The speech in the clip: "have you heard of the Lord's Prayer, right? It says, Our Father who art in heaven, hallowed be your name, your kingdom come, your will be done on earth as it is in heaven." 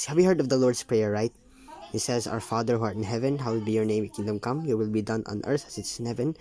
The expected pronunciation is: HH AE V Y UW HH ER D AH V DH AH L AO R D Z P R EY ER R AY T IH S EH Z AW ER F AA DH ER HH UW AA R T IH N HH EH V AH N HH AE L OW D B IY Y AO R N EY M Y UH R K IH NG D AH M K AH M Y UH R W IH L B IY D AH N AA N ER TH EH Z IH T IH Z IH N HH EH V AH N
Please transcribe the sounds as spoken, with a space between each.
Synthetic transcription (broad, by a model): HH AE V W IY HH ER D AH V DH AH L AO R D S P R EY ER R AY T IH S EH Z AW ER F AA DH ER HH UW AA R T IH N HH EH V AH N HH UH W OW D B IY Y AO R N EY M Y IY K IH NG D AH M K AH M Y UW W IH L B IY D AH N AA N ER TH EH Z IH T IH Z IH N HH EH V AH N